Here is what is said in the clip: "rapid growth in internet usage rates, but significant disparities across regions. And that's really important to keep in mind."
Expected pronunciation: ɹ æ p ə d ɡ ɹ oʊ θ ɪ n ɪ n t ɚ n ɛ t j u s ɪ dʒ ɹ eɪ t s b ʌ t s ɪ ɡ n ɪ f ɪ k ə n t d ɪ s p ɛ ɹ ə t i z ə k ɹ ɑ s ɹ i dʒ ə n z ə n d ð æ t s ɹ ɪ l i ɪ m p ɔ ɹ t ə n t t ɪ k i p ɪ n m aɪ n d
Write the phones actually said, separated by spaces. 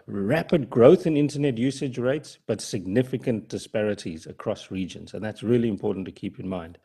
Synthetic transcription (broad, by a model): ɹ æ p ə d ɡ ɹ oʊ θ ɪ n ɪ n t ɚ n ɛ t j u s ɪ dʒ ɹ eɪ t s b ʌ t s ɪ ɡ n ɪ f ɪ k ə n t d ɪ s p ɛ ɹ ə t i z ə k ɹ ɑ s ɹ i dʒ ə n z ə n ð æ t s ɹ ɪ l i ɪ m p ɔ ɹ t n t t ɪ k i p ɪ n m aɪ n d